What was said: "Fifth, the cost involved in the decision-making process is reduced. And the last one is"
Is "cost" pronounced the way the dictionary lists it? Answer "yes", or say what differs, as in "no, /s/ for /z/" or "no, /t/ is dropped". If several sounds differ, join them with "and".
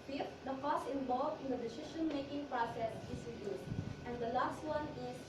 no, /t/ is dropped